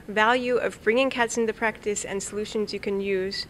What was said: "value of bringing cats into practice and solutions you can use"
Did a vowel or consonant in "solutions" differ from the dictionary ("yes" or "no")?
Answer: no